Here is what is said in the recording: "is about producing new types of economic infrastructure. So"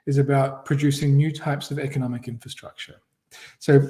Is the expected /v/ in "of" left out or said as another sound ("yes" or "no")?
no